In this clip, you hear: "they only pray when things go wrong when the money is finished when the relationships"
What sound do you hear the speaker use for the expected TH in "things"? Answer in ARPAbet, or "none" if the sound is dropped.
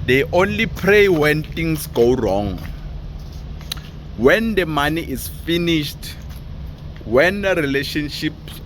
T